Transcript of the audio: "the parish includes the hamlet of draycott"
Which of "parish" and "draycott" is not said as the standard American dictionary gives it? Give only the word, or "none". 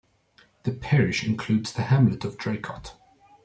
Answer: none